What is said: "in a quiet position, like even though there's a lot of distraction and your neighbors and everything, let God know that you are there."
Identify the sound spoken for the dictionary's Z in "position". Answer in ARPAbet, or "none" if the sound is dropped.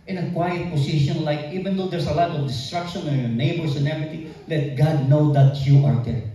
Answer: S